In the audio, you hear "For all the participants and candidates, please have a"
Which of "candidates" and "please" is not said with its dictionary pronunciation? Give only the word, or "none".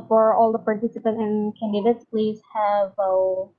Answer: none